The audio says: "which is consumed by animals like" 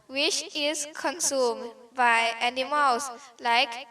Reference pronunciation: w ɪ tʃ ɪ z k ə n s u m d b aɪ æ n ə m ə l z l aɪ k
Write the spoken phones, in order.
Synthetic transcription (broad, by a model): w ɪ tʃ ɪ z k ə n s u m d b aɪ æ n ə m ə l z l aɪ k